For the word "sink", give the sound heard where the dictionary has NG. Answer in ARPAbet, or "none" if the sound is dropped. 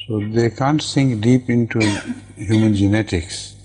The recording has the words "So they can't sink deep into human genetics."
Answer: NG